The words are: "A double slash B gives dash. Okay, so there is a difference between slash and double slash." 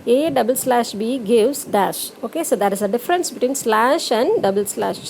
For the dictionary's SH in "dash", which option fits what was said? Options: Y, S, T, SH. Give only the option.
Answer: SH